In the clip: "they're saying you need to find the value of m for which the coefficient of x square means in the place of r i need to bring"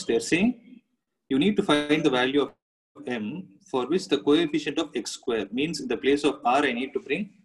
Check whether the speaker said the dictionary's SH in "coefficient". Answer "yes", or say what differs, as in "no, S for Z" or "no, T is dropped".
yes